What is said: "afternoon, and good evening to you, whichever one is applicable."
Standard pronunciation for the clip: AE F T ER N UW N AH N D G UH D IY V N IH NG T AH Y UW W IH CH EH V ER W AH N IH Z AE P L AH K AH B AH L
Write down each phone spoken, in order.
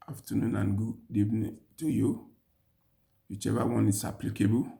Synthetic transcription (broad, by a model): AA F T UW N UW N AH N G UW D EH B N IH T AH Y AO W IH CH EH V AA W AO N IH S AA P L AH K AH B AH